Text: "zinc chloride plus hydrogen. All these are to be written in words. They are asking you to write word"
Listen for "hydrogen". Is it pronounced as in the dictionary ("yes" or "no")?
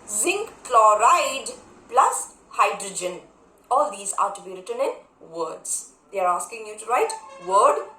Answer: yes